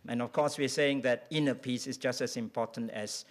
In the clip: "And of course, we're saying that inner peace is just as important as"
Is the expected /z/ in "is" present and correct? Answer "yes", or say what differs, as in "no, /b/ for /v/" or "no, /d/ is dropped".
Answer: no, /s/ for /z/